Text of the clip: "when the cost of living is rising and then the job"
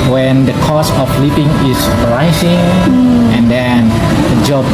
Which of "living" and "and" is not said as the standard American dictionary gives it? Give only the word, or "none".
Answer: living